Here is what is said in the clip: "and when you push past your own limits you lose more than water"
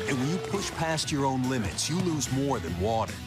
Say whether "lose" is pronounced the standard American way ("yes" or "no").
yes